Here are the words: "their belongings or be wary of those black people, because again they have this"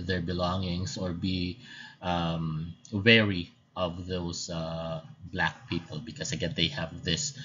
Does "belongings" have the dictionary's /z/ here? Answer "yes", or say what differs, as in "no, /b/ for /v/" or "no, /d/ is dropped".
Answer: no, /s/ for /z/